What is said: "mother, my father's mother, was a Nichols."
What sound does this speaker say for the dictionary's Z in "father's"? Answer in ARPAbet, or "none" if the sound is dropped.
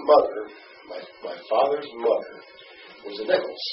Z